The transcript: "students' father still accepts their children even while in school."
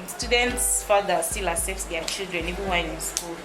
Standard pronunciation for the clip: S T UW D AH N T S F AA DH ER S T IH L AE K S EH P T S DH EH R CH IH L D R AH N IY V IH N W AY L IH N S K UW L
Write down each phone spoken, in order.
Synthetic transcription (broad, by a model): S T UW D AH N T S F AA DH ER S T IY L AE S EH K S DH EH CH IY L D R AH N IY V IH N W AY N IH N S K UW L